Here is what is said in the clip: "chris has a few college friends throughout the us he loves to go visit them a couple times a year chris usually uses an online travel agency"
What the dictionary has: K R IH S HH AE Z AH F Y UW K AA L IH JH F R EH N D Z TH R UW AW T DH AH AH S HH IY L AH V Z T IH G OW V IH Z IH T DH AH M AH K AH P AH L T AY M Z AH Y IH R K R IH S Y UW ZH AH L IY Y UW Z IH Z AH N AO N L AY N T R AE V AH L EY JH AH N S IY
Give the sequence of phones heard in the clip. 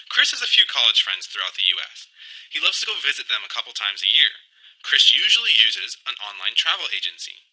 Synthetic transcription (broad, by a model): K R IH S HH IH Z AH F Y UW K AA L IH JH F R EH N D Z TH R UW AW T DH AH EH S HH IY L AH V Z T IH G OW V IH Z IH T DH AH M AH K AH P L T AY M Z AH Y IH R K R IH S Y UW ZH L IY Y UW Z IH Z AH N AO N L AY N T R AE V L EY JH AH N S IY